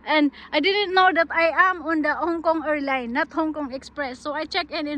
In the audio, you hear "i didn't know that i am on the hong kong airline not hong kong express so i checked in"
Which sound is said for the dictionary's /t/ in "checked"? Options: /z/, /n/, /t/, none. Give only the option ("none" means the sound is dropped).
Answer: none